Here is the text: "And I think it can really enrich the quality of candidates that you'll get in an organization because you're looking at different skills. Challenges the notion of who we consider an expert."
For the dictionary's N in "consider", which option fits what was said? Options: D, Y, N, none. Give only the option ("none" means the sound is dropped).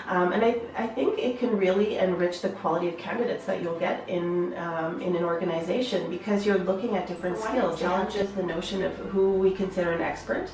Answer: N